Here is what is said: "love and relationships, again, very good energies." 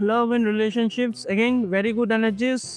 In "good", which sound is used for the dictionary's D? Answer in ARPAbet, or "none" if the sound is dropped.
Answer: D